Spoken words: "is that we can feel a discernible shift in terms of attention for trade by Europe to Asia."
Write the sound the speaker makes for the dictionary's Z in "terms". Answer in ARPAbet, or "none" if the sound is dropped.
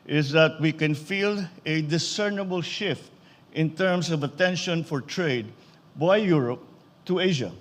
S